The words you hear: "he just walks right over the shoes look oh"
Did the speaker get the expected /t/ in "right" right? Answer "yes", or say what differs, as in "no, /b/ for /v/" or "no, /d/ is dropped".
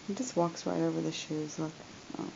yes